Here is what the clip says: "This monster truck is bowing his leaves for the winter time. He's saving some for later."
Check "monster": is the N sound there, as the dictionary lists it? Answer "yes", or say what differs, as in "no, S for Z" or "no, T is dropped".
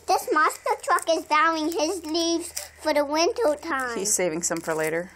no, N is dropped